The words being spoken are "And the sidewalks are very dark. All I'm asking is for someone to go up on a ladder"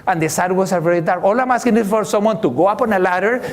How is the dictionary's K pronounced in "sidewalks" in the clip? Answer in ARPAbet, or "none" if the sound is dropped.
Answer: none